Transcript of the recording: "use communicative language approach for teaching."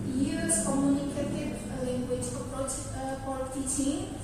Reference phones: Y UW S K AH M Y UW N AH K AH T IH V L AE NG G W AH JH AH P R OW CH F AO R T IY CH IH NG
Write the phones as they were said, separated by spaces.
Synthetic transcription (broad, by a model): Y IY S K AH M Y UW N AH K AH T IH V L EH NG G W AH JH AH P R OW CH P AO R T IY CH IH